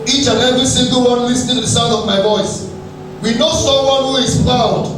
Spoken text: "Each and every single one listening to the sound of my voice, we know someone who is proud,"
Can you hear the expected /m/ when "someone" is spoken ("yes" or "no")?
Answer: no